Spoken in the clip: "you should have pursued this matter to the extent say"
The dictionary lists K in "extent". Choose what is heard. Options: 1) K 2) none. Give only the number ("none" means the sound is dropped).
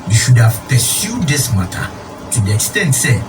1